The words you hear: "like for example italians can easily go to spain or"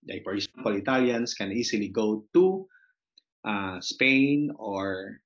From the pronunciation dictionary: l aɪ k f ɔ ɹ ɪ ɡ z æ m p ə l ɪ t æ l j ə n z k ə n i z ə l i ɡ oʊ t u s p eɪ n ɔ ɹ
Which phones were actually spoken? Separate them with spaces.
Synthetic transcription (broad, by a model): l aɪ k f ɔ ɹ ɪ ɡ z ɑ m p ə l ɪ t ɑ l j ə n s k ə n i s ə l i ɡ oʊ t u s p eɪ n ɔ ɹ